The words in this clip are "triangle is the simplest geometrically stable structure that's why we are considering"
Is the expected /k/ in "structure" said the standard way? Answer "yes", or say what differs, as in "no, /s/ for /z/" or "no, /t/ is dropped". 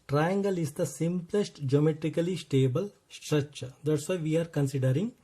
no, /k/ is dropped